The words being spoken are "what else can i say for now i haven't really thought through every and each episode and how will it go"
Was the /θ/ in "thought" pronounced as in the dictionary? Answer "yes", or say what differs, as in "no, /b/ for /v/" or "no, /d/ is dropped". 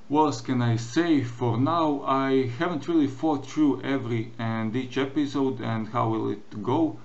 no, /f/ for /θ/